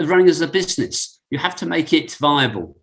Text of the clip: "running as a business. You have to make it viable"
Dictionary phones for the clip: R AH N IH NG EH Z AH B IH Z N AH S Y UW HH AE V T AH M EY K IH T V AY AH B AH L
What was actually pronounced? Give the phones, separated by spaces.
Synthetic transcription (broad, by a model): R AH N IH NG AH Z AH B IH Z N AH S Y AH HH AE F T AH M EY K IH T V AY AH B AH L